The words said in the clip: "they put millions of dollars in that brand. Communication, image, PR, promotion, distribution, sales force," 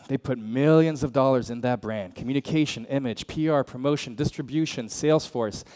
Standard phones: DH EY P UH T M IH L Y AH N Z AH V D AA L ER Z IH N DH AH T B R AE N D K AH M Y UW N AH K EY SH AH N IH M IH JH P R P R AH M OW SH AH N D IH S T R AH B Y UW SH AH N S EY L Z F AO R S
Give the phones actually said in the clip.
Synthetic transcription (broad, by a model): DH EY P UH T M IH L Y AH N Z AH V D AA L ER Z IH N DH AH T B R AE N D K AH M Y UW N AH K EY SH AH N IH M IH JH P R P R AH M OW SH AH N D IH S T R AH B Y UW SH AH N S EY L Z F AO R S